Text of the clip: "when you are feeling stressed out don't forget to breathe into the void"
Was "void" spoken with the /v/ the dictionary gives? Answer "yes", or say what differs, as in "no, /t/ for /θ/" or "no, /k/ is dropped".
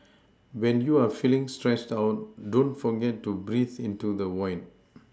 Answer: no, /w/ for /v/